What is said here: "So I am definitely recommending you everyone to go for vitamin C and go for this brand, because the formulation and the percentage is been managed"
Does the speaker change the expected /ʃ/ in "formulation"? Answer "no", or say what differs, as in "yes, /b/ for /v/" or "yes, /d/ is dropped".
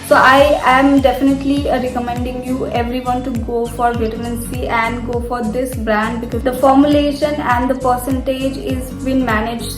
no